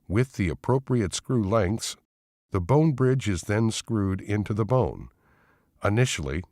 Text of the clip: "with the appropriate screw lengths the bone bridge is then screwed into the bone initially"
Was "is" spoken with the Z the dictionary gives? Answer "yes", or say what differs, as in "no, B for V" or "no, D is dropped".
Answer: yes